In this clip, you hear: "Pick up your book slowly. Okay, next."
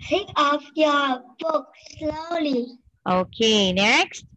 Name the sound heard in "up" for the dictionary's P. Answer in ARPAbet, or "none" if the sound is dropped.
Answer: F